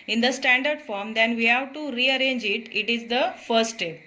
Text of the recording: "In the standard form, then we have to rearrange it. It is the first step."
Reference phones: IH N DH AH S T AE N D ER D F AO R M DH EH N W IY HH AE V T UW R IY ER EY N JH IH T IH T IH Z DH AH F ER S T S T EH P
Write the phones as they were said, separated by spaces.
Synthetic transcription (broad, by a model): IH N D AH S T AE N D ER D F AO R M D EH N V IY HH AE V T UW R IY ER EY N JH IH T IH T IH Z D AH F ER T S T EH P